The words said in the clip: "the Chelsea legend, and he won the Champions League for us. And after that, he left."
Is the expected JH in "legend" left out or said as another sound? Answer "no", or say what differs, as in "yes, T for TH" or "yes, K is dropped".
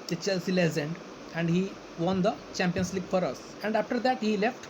yes, Z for JH